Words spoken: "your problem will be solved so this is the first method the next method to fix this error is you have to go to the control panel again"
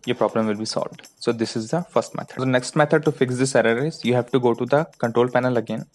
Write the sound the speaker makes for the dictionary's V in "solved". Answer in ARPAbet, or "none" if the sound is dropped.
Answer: V